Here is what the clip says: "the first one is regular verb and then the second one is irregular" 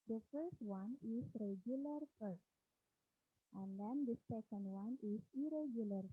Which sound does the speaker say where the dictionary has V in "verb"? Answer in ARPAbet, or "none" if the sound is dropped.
F